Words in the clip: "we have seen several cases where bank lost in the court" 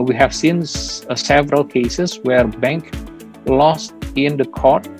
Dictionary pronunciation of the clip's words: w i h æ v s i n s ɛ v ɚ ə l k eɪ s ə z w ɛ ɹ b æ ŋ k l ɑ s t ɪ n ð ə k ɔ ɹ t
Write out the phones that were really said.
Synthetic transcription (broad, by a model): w i h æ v s i n s ɛ v ɚ ə l k eɪ s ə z w ɛ ɹ b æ ŋ k l ɑ s t ɪ n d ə k ɔ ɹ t